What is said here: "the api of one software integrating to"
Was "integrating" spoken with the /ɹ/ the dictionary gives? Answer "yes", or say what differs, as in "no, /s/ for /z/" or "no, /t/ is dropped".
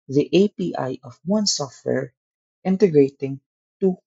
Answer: yes